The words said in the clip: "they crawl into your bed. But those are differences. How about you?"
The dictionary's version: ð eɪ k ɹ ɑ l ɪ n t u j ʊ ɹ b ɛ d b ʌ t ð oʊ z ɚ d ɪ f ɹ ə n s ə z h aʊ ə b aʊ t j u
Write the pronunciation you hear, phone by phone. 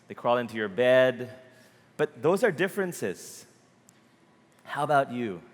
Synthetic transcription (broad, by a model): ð eɪ k ɹ ɑ l ɪ n t u j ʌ ɹ b ɛ d b ʌ t ð oʊ z ɚ d ɪ f ɹ ə n s ə z h aʊ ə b aʊ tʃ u